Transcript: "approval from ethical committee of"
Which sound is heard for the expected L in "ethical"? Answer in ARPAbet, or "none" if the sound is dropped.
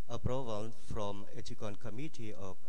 N